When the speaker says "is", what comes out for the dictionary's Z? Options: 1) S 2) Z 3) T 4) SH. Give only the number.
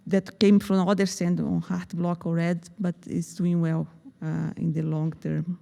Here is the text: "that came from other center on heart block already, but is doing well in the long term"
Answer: 1